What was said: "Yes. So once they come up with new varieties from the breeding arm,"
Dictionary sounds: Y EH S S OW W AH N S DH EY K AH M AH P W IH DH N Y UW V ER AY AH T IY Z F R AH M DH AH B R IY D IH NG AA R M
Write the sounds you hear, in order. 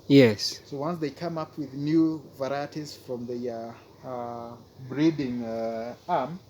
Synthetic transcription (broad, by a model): Y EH S S OW W AH N S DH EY K AH M AH P W IH DH N Y UW V ER AY AH T IY Z F R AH M DH AH B R IY D IH NG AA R M